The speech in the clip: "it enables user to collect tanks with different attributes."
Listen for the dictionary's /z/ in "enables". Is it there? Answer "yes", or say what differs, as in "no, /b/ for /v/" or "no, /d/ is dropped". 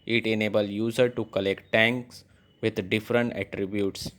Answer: no, /z/ is dropped